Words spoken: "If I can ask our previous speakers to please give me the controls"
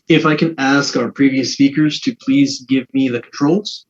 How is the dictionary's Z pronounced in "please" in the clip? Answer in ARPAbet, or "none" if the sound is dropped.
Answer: Z